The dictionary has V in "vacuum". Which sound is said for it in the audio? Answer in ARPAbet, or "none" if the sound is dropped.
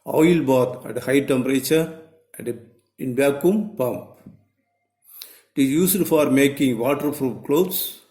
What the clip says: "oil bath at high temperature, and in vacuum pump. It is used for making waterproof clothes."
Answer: B